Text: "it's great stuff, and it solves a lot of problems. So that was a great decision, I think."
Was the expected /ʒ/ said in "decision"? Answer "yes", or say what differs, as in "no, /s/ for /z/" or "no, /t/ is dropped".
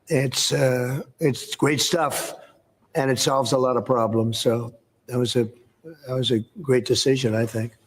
yes